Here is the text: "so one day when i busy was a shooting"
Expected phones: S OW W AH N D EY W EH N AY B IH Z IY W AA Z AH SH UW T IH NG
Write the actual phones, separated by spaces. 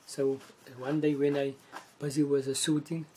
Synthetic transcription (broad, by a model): S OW W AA N D EY W EH N AY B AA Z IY W AA Z AH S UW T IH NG